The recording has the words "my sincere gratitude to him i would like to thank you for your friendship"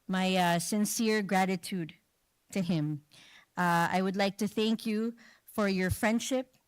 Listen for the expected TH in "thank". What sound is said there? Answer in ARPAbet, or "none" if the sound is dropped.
TH